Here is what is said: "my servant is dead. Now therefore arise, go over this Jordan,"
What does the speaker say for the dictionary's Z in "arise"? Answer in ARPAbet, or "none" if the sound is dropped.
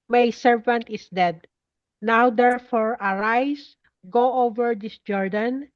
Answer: S